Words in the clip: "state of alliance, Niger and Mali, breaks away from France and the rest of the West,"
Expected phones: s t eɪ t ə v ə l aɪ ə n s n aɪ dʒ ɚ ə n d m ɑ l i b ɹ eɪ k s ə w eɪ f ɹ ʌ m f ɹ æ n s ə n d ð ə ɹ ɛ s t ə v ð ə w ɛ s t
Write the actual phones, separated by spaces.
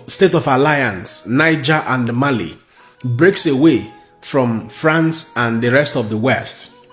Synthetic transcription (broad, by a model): s t eɪ t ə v ə l aɪ ə n s n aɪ dʒ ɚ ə n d m ɑ l i b ɹ eɪ k s ə w eɪ f ɹ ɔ m f ɹ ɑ n s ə n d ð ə ɹ ɛ s t ə v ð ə w ɛ s t